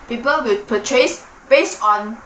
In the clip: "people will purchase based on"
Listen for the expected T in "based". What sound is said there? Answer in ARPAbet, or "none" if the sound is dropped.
none